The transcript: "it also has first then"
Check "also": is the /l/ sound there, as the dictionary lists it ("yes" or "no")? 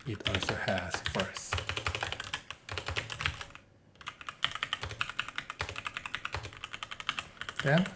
yes